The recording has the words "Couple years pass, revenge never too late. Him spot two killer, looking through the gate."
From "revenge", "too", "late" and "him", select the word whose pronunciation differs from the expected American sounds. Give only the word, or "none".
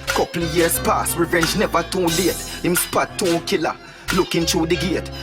none